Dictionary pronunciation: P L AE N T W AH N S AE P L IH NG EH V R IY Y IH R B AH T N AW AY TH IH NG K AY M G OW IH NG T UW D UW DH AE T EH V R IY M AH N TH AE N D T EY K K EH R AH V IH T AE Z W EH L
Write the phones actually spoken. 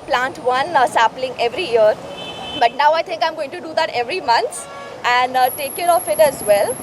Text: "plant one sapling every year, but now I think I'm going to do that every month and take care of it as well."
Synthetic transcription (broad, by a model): P L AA N T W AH N S AE P L IH NG EH V R IY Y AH R B AH T N AW AY T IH NG K AY M G OW IH NG T UW D UW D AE T EH V R IY M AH N S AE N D T EY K K EH R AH F IH T AE Z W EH L